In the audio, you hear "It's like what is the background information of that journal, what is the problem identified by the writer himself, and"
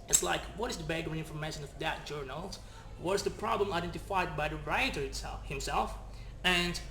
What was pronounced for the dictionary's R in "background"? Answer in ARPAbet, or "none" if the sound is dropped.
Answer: none